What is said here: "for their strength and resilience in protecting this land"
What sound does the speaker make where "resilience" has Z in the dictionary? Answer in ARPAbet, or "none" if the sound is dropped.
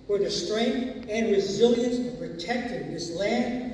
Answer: Z